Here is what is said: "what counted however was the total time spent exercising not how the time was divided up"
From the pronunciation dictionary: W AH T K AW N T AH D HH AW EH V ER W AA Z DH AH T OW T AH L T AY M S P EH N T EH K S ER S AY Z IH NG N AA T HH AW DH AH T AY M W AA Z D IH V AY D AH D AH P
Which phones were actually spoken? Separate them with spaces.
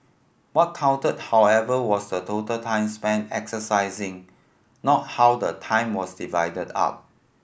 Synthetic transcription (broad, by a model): W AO T K AW N T AH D HH AW EH V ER W AA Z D AH T OW T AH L T AY M S P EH N EH K S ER S AY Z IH NG N AA T HH AW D AH T AY M W AA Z D IH V AY D AH D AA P